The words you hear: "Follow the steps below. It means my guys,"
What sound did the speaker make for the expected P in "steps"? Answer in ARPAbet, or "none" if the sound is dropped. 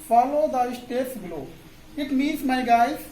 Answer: none